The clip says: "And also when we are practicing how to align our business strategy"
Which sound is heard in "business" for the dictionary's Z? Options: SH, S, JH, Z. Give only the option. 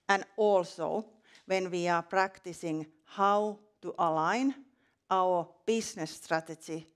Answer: S